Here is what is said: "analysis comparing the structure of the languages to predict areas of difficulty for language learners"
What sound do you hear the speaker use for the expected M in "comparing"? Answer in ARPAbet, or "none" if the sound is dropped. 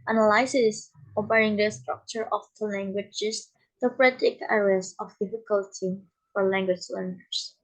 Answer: none